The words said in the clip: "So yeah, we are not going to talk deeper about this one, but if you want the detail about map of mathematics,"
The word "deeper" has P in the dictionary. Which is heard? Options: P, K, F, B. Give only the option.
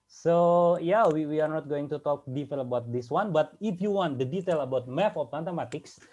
F